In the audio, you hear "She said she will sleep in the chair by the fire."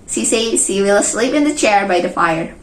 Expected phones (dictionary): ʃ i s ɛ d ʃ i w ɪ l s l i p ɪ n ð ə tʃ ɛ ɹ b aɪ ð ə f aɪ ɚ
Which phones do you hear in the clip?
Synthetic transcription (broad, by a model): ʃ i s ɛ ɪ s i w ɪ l s l i p ɪ n ð ə tʃ ɛ ɹ b aɪ ð ə f aɪ ɚ